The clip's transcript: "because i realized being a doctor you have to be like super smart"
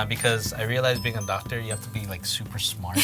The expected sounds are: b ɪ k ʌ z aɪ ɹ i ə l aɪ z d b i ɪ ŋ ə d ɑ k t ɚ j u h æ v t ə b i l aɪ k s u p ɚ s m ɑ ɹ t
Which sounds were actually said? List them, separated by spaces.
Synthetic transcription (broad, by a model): b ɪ k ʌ z aɪ ɹ i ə l aɪ z b i ɪ ŋ ə d ɑ k t ɚ j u h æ f t ə b i l aɪ k s u p ɚ s m ɑ ɹ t